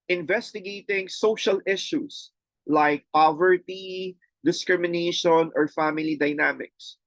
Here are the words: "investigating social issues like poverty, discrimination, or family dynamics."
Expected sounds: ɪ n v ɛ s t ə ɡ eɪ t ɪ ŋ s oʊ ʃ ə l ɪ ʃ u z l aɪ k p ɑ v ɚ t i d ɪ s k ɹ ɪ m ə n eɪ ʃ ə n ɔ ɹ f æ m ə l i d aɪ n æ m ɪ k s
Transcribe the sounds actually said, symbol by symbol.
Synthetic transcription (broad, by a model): ɪ n v ɛ s t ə ɡ eɪ t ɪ ŋ s oʊ ʃ ə l ɪ ʃ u s l aɪ k p ɑ v ɚ t i d ɪ s k ɹ ɪ m ə n eɪ ʃ ə n ɔ ɹ f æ m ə l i d aɪ n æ m ɪ k s